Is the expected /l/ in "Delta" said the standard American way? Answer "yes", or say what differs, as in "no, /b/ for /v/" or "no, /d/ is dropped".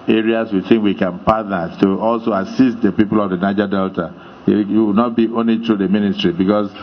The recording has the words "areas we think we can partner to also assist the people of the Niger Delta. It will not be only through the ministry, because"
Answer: yes